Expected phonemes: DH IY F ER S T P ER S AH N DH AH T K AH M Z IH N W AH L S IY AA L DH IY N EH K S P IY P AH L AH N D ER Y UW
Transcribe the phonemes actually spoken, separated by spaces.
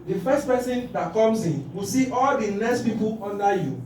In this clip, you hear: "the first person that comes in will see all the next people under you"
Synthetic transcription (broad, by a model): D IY F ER S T P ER S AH N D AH T K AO M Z IH N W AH S IY AA L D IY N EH S P IY P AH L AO N D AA Y UW